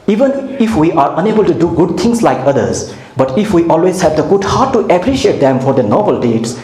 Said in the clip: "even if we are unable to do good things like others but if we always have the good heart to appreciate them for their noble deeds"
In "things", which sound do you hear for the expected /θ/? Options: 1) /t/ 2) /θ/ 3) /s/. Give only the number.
1